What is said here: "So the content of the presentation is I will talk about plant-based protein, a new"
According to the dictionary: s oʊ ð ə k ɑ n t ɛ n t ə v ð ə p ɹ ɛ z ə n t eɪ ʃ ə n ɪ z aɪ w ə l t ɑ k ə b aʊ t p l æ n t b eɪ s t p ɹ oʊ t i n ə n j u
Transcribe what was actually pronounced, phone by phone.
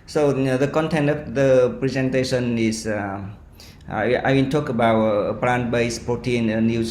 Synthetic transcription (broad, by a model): s oʊ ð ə k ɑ n t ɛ n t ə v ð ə p ɹ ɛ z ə n t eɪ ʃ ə n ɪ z aɪ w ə n t ɑ k ə b aʊ t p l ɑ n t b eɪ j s p ɹ oʊ t i n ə n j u